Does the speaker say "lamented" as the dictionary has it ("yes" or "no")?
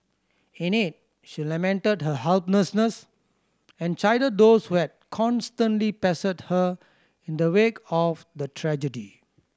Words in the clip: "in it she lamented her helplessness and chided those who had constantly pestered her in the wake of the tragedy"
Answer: yes